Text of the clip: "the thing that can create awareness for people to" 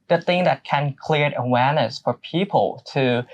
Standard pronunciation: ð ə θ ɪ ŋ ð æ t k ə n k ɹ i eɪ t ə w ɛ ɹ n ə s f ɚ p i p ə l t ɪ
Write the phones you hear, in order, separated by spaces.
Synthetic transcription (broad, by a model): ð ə θ ɪ ŋ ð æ t k ə n k l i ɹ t ə w ɛ ɹ n ə s f ɚ p i p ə l t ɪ